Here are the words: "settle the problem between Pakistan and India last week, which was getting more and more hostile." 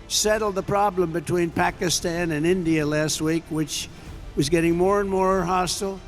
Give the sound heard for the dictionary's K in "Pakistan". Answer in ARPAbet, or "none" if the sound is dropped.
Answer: K